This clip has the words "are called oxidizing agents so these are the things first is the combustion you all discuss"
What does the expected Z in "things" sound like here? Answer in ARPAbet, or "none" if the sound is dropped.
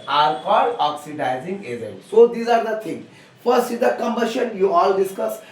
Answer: none